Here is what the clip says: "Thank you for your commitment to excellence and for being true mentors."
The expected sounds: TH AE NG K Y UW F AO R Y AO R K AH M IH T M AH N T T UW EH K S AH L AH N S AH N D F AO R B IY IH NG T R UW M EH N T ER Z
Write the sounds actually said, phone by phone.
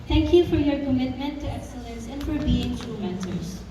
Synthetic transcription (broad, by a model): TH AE NG K Y UW F AO R Y AO R K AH M IH T M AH N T T UW EH K S AH L AH N S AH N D F AO R B IY IH NG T UW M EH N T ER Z